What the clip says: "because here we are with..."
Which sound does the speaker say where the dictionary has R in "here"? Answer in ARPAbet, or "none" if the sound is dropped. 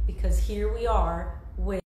R